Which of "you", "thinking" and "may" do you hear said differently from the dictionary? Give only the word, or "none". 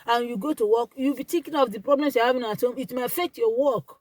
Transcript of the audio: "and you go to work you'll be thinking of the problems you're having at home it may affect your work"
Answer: thinking